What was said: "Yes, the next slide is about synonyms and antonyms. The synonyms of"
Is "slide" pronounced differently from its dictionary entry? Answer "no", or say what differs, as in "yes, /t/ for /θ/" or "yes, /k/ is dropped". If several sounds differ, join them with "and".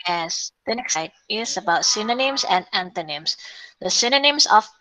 yes, /l/ is dropped